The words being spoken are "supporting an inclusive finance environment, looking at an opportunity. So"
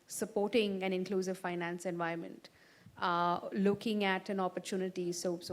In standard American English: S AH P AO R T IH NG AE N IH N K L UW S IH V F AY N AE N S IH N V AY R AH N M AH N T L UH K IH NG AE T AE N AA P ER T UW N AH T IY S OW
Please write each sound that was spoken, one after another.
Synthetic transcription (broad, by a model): S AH P AO R T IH NG AE N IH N K L UW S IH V F AY N AE N S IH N V AY AH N M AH N T L UH K IH NG AE T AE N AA P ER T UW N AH T IY S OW